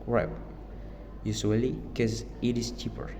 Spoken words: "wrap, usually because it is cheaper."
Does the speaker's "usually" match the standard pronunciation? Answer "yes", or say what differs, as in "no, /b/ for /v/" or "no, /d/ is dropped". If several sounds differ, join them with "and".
no, /s/ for /ʒ/ and /l/ is dropped